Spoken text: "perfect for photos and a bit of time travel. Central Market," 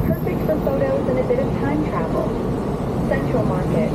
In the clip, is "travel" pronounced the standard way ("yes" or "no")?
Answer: yes